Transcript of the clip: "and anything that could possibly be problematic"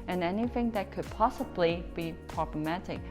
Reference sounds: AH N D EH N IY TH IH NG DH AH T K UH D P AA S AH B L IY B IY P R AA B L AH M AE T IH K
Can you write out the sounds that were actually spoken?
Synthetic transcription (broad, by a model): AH N EH N IY TH IH NG DH AH T K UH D P AA S AH B L IY B IY P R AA B L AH M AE T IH K